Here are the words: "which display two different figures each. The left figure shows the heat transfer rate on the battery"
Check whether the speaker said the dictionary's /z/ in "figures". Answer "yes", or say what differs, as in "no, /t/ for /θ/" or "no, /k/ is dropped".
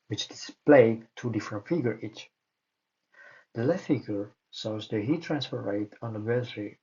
no, /z/ is dropped